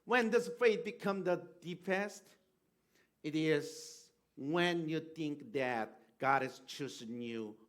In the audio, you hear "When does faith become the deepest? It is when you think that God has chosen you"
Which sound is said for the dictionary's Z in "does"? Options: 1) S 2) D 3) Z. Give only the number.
1